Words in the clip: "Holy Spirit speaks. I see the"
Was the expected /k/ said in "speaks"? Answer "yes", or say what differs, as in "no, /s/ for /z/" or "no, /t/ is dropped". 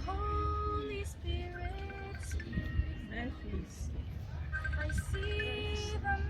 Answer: no, /k/ is dropped